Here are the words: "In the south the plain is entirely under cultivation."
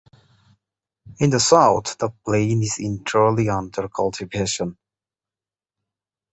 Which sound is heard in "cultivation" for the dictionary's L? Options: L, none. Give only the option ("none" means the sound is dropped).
L